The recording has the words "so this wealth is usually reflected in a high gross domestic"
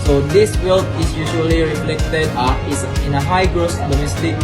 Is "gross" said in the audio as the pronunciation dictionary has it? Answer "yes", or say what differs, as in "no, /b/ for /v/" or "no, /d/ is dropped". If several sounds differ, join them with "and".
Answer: yes